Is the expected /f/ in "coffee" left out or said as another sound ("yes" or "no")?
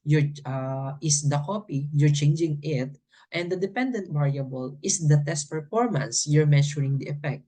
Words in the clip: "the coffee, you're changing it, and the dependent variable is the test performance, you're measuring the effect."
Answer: yes